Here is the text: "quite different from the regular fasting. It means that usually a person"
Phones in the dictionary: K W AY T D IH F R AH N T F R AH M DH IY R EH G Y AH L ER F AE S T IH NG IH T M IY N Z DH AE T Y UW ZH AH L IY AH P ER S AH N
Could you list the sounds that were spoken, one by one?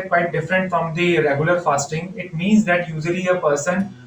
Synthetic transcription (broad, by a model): K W AY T D IH F R AH N T F R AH M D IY R EH G Y AH L ER F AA S T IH NG IH T M IY N Z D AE T Y UW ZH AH L IY AH P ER S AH N